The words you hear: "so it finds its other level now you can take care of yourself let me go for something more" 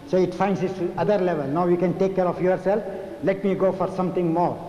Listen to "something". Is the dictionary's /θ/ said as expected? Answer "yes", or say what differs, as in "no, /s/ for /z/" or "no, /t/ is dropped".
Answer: no, /t/ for /θ/